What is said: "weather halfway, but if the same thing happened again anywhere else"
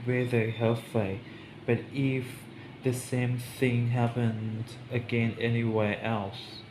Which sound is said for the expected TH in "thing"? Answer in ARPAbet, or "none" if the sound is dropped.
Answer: TH